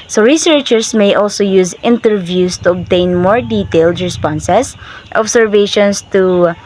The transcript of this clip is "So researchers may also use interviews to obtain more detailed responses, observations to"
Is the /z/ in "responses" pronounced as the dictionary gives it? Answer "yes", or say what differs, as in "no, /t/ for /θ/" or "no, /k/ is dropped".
no, /s/ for /z/